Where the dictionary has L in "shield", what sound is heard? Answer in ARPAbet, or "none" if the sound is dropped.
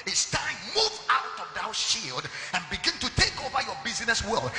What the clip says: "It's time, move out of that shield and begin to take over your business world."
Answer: L